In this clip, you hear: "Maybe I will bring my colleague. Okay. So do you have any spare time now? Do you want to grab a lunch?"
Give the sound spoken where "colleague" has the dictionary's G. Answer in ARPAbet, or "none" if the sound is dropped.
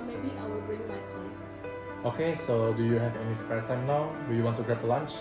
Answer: none